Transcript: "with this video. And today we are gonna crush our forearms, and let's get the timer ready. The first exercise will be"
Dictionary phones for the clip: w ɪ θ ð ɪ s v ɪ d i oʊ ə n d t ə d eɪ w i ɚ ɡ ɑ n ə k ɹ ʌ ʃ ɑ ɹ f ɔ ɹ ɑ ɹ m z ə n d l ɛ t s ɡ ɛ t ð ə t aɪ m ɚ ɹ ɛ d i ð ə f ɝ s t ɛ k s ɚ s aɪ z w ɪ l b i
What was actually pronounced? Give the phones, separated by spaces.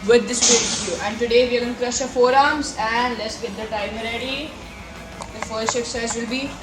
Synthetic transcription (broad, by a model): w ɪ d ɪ s p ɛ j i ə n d t ə d eɪ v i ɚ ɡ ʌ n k ɹ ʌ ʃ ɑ f ɔ ɹ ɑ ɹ m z ə n d l ɛ t s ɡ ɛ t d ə t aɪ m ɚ ɹ ɛ d i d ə f ɝ s t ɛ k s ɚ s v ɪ l b i